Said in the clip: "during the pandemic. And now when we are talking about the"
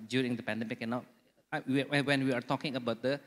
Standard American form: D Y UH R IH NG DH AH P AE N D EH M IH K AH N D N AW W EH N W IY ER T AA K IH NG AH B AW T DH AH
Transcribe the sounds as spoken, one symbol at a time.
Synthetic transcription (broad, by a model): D Y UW R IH NG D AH P AE N D EH M IH K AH N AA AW W EH N W IY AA T AA K IH NG AH B AW T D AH